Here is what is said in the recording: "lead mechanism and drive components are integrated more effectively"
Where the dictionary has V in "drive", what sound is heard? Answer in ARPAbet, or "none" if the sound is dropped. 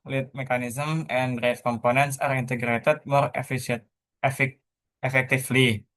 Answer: F